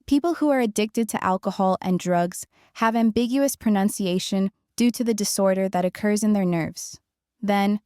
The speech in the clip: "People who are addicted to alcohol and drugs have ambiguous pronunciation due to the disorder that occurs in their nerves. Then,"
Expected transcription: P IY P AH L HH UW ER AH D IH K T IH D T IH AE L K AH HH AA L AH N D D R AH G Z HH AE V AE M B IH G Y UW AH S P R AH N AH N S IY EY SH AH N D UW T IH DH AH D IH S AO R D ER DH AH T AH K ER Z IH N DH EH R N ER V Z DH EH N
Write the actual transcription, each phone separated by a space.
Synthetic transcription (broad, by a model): P IY P L HH UW ER AH D IH K T IH D T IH AE L K AH HH AA L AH N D D R AH G Z HH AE V AE M B IH G Y UW AH S P R AH N AH N S IY EY SH AH N D UW T IH DH AH D IH S AO R D ER DH AH T AH K ER Z IH N DH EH R N ER V Z DH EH N